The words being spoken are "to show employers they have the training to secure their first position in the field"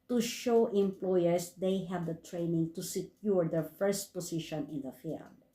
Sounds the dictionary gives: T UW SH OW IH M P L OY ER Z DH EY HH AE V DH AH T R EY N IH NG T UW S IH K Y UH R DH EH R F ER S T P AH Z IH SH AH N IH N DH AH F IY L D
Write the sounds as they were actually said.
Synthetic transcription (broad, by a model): T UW SH OW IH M P L OY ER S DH EY HH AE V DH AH T R EY N IH NG T UW S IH K Y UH R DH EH R F ER S T P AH S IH SH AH N IH N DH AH F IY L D